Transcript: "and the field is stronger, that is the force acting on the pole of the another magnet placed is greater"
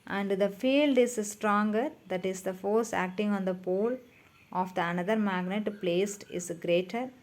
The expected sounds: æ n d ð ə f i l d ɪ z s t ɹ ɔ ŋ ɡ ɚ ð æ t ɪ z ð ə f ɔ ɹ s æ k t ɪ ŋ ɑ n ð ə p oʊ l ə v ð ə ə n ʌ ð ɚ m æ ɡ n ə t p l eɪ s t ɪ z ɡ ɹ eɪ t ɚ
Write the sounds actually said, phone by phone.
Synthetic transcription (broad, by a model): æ n d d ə f i l d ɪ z s t ɹ ɔ ŋ ɡ ɚ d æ t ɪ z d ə f ɔ ɹ s æ k t ɪ ŋ ɑ n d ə p oʊ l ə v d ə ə n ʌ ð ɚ m æ ɡ n ə t p l eɪ s t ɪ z ɡ ɹ eɪ t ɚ